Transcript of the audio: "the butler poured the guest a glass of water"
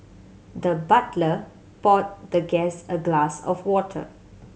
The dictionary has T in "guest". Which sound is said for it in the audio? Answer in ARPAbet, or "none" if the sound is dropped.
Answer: none